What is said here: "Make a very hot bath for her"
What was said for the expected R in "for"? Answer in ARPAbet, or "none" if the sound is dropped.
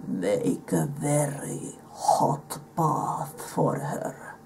R